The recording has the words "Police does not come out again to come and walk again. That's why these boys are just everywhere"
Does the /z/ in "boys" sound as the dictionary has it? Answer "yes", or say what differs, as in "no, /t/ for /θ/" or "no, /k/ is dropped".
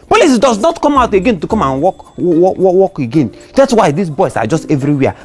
no, /s/ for /z/